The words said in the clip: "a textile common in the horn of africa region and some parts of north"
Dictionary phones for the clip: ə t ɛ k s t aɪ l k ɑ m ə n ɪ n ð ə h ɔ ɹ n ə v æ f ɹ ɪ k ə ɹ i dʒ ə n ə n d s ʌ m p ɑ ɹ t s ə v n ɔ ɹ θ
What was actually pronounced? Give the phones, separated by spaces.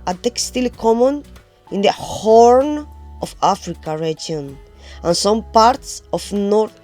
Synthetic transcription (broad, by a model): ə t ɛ k s t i l k ɑ m ə n ɪ n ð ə h ɔ ɹ n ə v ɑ f ɹ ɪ k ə ɹ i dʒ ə n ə n s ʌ m p ɑ ɹ t s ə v n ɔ ɹ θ